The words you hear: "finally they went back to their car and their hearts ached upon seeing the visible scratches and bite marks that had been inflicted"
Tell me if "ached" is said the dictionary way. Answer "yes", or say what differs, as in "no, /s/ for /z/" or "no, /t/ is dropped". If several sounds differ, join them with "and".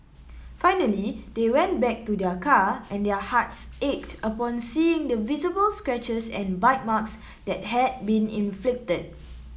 yes